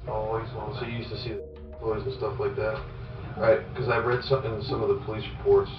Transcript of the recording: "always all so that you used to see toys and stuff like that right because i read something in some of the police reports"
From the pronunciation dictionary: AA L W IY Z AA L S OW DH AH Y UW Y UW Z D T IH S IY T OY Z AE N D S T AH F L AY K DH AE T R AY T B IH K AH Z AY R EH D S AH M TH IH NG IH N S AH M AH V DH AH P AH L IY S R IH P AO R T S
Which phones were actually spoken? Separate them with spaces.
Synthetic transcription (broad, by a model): AA L W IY Z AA N S OW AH Y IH Y UW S T IH S IY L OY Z N S T AH F L AY K DH AE T R AY T K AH Z AY R EH D S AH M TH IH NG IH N S AH M AH V DH AH P AH L IY S R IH P AO R T S